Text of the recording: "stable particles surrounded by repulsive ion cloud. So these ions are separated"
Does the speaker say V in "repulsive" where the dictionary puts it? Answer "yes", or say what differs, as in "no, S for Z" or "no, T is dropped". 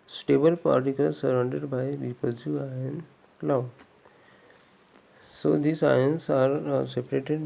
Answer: no, V is dropped